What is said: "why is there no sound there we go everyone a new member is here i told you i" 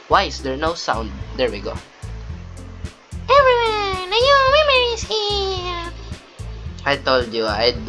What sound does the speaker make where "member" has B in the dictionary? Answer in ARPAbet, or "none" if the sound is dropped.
none